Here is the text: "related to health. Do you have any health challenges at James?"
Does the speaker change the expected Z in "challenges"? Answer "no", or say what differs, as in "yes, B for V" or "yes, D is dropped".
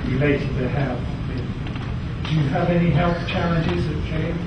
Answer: no